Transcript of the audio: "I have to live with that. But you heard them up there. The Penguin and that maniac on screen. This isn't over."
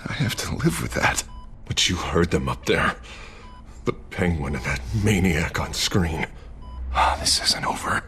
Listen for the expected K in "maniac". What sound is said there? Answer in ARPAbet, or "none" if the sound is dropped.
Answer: K